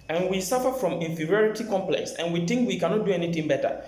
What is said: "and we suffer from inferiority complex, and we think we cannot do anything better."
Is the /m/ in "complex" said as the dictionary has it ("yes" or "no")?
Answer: yes